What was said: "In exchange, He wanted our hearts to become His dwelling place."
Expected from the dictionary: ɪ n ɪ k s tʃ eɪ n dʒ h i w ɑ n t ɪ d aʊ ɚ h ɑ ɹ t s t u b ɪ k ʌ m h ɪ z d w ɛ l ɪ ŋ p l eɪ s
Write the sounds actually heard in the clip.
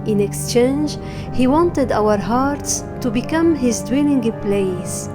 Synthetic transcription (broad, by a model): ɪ n ɪ k s tʃ eɪ n dʒ h i w ɑ n t ɪ d aʊ ɚ h ɑ ɹ t s t u b ɪ k ʌ m h ɪ z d w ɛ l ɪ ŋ p l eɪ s